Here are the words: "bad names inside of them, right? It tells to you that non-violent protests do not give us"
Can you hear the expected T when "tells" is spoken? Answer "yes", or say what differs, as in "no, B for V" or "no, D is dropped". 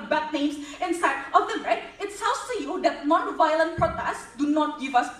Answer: no, S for T